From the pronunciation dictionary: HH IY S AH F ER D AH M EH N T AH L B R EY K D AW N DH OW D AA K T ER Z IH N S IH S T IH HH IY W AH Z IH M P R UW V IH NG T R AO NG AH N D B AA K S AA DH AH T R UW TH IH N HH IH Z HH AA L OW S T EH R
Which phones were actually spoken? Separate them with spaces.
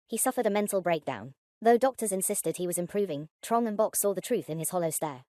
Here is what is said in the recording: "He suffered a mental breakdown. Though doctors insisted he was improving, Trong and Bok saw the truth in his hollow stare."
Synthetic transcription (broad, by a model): HH IY S AH F ER D AH M EH N T L B R EY K D AW N DH OW D AA K T ER Z IH N S IH S T IH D IY W AH Z IH M P R UW V IH NG T R AO NG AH N B AA K S AA DH AH T R UW TH IH N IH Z HH AA L OW S T EH R